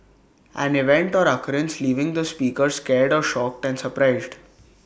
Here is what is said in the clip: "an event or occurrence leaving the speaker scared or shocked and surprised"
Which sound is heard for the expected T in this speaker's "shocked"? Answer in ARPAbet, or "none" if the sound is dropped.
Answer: T